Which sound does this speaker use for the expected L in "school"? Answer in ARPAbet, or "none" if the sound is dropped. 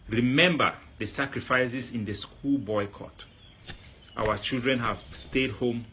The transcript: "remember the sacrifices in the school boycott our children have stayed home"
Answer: L